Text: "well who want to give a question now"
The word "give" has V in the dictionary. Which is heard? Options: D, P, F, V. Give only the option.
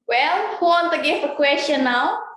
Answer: F